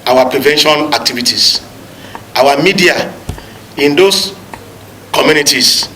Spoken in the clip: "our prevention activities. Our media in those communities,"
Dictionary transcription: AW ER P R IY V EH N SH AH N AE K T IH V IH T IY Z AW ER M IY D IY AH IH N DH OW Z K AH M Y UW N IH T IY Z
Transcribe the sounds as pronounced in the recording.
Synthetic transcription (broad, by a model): AW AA P R IY V EH N SH AH N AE K T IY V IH T IY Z AW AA M IY D IY AH IH N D OW S K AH M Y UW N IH T IY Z